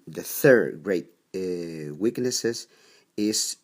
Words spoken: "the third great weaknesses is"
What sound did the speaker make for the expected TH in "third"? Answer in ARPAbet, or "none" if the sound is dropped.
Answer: TH